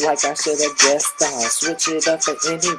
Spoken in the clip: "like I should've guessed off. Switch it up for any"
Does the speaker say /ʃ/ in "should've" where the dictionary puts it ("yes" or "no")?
no